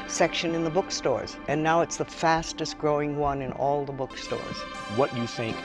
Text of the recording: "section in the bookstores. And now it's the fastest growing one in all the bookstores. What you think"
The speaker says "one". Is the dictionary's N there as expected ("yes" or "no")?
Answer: yes